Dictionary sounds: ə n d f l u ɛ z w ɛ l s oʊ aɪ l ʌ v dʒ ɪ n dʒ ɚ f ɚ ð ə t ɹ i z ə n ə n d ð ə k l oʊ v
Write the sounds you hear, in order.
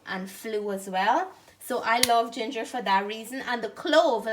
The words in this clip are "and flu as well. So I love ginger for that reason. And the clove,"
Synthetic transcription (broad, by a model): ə n f l u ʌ z w ɛ l s oʊ aɪ l ʌ v dʒ ɪ n dʒ ɚ f ɚ ð ə t ɹ i z ə n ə n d ð ə k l oʊ v